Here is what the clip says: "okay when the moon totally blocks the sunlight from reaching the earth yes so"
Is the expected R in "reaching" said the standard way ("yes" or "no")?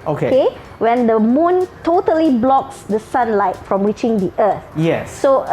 no